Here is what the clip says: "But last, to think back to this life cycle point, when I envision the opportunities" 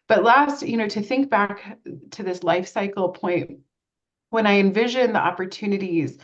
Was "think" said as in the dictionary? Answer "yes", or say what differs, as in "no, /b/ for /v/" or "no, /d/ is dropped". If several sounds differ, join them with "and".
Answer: yes